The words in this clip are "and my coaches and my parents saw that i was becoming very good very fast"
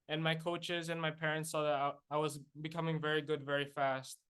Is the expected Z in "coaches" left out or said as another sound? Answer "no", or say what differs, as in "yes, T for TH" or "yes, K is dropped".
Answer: no